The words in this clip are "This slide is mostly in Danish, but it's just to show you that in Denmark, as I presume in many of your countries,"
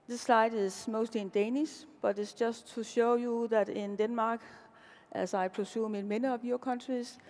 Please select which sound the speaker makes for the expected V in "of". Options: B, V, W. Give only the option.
B